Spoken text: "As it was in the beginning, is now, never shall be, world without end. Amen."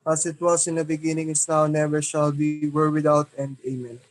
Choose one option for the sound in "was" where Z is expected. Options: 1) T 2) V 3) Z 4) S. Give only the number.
4